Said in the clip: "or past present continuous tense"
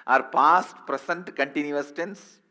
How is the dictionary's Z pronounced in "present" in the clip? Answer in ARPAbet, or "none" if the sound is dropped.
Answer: S